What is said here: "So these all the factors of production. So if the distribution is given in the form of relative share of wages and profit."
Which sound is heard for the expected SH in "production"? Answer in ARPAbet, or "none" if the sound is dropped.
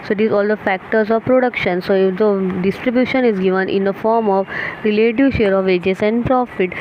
SH